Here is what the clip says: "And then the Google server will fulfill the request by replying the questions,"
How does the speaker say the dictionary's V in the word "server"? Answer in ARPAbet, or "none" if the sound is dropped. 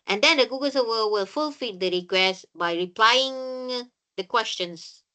W